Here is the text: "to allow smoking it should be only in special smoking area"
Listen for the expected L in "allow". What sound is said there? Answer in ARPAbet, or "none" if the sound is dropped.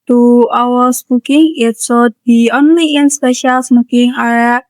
W